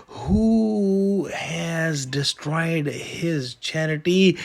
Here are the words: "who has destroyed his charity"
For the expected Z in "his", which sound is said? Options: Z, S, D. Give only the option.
Z